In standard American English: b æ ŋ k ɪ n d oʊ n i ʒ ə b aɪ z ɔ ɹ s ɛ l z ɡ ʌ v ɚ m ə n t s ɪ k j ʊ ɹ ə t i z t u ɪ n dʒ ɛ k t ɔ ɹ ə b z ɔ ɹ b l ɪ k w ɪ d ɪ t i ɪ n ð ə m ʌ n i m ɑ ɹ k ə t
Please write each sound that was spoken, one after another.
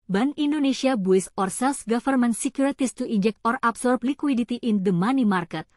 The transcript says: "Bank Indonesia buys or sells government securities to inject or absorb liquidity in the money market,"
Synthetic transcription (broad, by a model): b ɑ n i n d oʊ n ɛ s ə b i s ɔ ɹ s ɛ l s ɡ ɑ f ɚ m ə n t s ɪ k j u ɹ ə t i s t u ɪ n dʒ ɛ k t ɔ ɹ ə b s ɔ ɹ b l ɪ k w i d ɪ t i ɪ n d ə m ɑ n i m ɑ ɹ k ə t